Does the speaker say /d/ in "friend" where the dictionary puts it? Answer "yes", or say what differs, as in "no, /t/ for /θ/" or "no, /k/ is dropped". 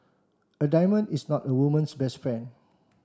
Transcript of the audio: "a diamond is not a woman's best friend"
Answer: no, /d/ is dropped